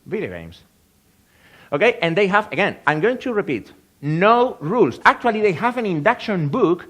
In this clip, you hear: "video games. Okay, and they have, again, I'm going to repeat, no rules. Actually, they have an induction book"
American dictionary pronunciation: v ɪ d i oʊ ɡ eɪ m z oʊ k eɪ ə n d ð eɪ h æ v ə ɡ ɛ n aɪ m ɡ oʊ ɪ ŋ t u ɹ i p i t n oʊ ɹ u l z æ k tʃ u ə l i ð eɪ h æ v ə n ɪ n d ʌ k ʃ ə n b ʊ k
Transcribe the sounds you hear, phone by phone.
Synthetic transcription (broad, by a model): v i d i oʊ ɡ eɪ m s oʊ k eɪ ə n d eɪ h æ v ə ɡ ɛ n aɪ m ɡ oʊ ɪ ŋ t u ɹ i p i t n oʊ ɹ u l s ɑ k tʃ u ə l i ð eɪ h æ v ə n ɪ n d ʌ k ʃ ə n b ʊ k